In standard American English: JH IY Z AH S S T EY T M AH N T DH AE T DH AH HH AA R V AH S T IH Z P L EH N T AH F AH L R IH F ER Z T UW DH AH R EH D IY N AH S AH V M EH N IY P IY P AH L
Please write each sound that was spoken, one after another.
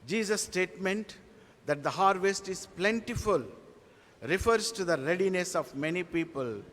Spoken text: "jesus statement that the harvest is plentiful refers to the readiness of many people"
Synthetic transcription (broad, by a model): JH IY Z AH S S T EY T M AH N T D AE T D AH HH AA R V AH S T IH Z P L EH N T AH F AH L R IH F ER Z T UW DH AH R EH D IY N AH S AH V M EH N IY P IY P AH L